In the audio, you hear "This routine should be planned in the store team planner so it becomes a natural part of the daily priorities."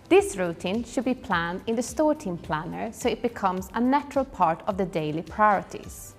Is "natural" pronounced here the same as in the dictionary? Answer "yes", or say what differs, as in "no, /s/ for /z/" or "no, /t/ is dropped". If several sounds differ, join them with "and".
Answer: yes